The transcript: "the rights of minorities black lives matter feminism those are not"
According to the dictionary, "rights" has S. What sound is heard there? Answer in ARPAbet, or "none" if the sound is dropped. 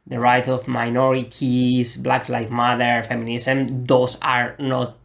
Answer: none